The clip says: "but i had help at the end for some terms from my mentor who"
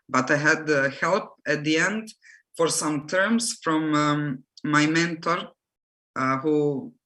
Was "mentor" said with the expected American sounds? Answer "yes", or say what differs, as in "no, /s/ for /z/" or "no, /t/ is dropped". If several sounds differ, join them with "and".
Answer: yes